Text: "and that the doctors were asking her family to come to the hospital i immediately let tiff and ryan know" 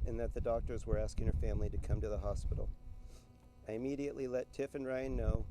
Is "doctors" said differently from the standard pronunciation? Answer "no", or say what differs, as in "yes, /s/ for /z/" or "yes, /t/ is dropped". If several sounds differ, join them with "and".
no